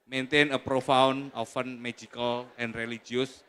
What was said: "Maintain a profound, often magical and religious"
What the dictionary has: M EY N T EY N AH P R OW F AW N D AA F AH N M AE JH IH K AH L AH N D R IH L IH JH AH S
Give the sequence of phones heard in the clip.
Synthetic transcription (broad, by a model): M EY N T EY N AH P R OW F AW N AA F AH N M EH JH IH K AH L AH N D R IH L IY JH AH S